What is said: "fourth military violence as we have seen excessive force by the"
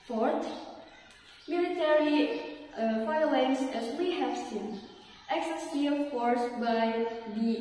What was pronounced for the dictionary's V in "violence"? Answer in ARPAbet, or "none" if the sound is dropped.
F